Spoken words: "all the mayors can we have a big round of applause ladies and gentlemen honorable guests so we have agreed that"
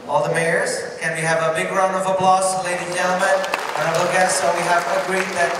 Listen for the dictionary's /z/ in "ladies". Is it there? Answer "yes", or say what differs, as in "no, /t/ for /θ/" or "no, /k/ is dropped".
no, /z/ is dropped